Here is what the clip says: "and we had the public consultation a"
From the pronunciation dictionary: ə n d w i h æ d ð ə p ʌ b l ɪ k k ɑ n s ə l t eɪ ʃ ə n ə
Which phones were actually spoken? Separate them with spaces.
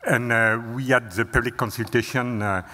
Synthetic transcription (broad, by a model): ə n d w i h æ d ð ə p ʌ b l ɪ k k ɑ n s ə l t eɪ ʃ ə n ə